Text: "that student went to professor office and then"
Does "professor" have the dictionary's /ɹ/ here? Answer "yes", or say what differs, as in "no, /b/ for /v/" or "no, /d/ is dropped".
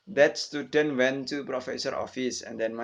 yes